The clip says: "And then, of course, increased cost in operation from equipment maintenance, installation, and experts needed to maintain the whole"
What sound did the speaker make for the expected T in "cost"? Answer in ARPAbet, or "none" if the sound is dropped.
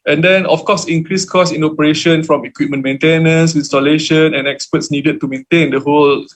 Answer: none